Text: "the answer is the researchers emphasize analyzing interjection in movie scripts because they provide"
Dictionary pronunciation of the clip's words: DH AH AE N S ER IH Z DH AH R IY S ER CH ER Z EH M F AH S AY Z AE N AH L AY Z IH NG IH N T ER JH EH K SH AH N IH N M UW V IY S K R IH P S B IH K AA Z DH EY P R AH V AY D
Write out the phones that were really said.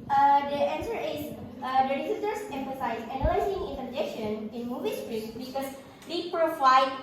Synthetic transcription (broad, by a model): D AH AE N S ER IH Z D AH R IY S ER S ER S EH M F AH S AY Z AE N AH L AY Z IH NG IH N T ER JH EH K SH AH N IH N M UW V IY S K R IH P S B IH K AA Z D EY P R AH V AY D